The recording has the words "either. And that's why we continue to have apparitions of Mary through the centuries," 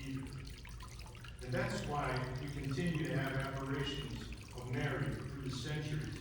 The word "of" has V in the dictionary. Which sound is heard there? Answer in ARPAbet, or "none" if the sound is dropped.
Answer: V